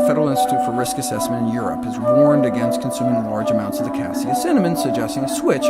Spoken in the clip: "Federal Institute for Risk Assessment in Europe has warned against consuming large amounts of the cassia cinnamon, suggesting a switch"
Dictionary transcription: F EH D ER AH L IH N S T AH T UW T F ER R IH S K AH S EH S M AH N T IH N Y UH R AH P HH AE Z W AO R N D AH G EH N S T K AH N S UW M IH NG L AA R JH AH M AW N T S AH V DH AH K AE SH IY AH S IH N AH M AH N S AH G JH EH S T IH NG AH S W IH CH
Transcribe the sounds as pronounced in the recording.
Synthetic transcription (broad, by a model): F EH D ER L IH N S T AH T UW T F ER R IH S K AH S EH S M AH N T IH N Y UH R AH P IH Z W AO R N D AH G EH N S T K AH N S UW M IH NG L AA R JH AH M AW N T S AH V DH AH K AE S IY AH S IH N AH M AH N S AH G JH EH S T IH NG AH S W IH CH